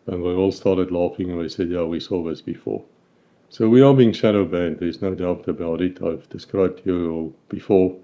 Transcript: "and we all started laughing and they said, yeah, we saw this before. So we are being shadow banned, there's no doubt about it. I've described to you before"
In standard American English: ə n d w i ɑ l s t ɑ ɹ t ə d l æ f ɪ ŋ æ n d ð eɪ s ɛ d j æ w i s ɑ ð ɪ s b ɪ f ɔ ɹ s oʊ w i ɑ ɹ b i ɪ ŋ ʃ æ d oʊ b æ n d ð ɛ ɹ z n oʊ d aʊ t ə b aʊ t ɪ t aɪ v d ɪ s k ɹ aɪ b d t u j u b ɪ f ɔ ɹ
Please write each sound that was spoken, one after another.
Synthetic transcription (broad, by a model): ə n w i ɑ l s t ɑ ɹ t ə d l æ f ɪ ŋ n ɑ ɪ s ɛ d j æ w i s ɑ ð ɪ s b ɪ f ɔ ɹ s oʊ w i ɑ l b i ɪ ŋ ʃ æ d oʊ b æ n d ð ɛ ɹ z n oʊ d aʊ t ə b aʊ t ɪ t aɪ v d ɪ s k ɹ aɪ b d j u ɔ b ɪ f ɔ ɹ